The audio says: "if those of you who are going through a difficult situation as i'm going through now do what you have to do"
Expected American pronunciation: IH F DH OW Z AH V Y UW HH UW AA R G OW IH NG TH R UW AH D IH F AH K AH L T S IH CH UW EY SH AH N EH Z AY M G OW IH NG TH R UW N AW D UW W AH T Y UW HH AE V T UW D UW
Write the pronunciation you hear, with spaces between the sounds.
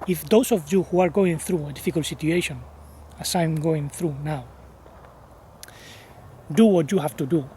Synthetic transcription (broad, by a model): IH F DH OW S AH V Y UW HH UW AA R G OW IH NG TH R UW AH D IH F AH K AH L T S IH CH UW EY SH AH N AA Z AY M G OW IH NG TH R UW N AW D UW W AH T Y UW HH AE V T UW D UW